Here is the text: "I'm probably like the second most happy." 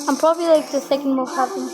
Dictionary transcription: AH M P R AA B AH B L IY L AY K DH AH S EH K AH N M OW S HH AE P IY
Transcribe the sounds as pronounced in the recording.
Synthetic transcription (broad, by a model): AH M P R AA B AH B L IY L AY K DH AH S EH K AH N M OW HH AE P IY